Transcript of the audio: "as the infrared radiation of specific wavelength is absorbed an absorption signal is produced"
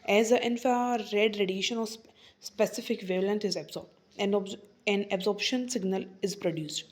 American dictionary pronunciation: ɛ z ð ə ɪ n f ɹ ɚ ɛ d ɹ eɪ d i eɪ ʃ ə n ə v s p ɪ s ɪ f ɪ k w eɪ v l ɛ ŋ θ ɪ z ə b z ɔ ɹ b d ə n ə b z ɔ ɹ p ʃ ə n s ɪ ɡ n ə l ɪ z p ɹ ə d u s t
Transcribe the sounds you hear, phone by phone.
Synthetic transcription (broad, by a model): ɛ z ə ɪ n f ɹ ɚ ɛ d ɹ eɪ d i eɪ ʃ ə n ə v s p ɪ s ɪ f ɪ k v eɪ l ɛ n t ɪ z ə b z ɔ ɹ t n ə n ə b z ɔ ɹ p ʃ ə n s ɪ ɡ n ə l ɪ z p ɹ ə d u s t